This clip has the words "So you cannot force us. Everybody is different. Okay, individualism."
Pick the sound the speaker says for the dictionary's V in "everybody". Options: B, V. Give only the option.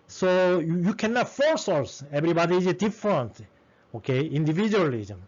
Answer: B